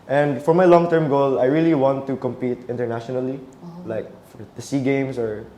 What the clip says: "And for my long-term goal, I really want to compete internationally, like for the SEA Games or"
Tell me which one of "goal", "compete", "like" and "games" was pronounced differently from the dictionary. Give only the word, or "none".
games